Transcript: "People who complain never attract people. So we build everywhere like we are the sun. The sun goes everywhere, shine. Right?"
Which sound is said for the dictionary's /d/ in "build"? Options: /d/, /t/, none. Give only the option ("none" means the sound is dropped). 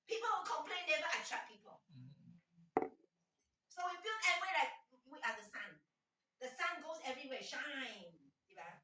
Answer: none